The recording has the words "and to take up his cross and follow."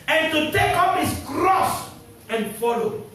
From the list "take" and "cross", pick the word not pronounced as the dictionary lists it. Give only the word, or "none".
none